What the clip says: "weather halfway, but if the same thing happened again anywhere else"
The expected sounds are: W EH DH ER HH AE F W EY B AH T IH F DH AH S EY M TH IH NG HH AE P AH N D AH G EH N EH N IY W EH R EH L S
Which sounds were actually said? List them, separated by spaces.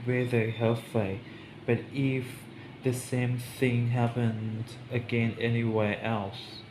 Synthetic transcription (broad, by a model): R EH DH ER HH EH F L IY B AH T IH F DH AH S EY M TH IH NG HH AE P AH N D AH G EH N EH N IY W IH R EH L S